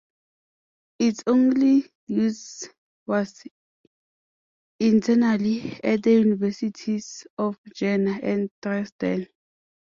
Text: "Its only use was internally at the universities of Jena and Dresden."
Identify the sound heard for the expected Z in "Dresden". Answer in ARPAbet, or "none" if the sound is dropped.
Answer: S